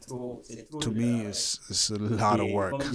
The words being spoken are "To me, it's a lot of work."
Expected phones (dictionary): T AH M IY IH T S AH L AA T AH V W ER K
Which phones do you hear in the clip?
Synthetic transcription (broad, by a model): T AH M IY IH S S AH L AA T AH V W ER K